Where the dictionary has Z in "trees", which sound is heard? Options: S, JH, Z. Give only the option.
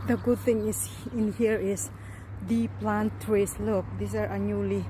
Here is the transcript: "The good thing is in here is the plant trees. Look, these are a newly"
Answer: S